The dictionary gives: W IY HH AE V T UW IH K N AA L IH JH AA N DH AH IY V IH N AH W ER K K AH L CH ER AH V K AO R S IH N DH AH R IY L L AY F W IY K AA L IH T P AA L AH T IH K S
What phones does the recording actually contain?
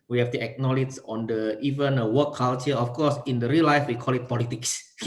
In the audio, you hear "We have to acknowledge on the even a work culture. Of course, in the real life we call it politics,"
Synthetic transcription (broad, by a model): W IY HH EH F T UW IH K N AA L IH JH AA N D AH IY V IH N AH W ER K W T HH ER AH F K AO S IH N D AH R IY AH L AY F W IY K AA L IH T P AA L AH T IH K S